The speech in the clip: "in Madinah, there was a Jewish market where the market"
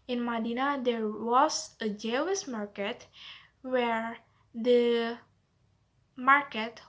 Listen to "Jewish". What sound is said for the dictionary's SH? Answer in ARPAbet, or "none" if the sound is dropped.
S